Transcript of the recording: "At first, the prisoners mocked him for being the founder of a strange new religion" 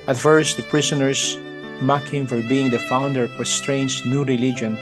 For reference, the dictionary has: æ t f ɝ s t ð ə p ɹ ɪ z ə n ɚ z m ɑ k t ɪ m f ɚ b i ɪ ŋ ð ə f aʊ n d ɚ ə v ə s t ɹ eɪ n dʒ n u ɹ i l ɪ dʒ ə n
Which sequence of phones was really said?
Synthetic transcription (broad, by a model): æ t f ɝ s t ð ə p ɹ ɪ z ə n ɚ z m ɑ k ɪ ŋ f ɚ b i ɪ ŋ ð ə f aʊ n d ɚ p ə s t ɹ eɪ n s n u ɹ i l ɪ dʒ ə n